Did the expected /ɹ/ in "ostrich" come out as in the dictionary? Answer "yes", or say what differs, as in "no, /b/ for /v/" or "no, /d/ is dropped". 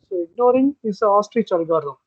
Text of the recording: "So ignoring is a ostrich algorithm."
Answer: yes